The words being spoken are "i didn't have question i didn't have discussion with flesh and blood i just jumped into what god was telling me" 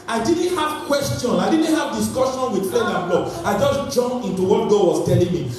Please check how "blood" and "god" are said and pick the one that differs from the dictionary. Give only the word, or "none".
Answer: blood